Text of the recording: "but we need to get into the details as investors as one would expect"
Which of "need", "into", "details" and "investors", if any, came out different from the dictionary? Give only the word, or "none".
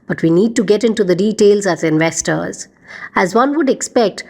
none